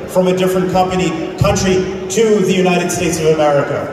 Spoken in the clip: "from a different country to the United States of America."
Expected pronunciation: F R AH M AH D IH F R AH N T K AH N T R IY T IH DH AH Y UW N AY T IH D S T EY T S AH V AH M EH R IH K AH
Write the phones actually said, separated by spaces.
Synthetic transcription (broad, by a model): F R AH M AH D IH F R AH N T K AH N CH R IY T IH DH AH Y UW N AY T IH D S T EY T S AH V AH M EH R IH K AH